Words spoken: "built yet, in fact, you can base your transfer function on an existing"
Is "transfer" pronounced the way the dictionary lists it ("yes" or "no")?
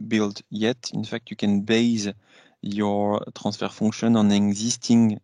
no